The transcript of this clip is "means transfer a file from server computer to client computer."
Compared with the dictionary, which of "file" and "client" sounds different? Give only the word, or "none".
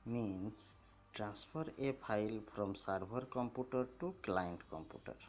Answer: file